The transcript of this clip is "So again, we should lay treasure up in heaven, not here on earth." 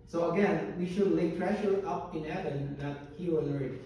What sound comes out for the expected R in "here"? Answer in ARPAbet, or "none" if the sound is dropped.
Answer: W